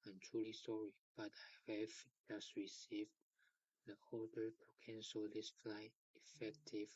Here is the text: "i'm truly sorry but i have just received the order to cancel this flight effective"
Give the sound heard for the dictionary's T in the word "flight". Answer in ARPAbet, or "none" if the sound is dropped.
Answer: none